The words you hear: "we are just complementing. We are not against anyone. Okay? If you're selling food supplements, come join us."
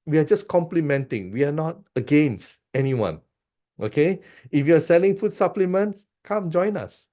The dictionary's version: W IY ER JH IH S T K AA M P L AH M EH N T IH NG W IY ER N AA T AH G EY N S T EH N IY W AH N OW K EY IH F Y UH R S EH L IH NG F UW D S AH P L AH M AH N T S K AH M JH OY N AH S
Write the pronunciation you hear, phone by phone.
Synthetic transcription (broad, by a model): W IY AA JH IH S K AA M P L AH M EH N T IH NG W IY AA N AA T AH G EY N S T EH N IY W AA N OW K EY IH F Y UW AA S EH L IH NG F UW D S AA P L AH M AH N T S K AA M JH OY N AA S